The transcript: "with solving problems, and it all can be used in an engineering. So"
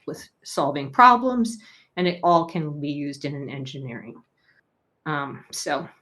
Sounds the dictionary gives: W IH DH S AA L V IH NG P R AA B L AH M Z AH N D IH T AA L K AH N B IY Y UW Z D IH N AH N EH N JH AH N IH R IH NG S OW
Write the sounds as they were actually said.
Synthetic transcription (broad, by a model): W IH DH S AA L V IH NG P R AA B L AH M Z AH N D IH T AA L K AH N B IY Y UW Z D IH N AH N EH N JH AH N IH R IH NG S OW